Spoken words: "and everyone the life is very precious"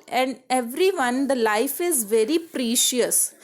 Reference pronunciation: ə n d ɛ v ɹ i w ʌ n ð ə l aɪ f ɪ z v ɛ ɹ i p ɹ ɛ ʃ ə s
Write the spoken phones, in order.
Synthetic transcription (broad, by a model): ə n d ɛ v ɹ i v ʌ n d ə l aɪ f ɪ z v ɛ ɹ i p ɹ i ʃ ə s